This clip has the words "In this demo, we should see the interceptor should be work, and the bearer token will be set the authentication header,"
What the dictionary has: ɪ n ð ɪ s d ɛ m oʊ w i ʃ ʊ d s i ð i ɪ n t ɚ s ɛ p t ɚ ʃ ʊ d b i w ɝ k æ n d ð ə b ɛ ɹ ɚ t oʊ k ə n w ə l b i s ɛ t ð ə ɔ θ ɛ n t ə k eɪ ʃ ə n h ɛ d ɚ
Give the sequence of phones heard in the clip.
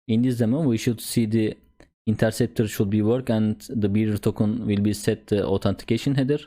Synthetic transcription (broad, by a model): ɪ n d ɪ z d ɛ m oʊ w i ʃ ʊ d s i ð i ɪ n t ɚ s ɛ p t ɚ ʃ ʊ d b i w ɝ k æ n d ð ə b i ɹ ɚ t oʊ k ə n w ə l b i s ɛ t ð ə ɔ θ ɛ n t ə k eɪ ʃ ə n h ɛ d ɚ